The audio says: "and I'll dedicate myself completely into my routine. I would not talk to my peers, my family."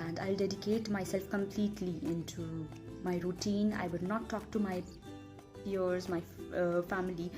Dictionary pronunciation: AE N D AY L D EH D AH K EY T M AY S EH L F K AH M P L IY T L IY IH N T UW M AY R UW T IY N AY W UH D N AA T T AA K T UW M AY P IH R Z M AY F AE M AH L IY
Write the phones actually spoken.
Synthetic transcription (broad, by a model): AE N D AY L D EH D AH K EY T M AY S EH L F K AH M P L IY T L IY IH N T UW M AY R UW T IY N AY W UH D N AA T T AA K T UW M AY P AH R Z M AY F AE M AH L IY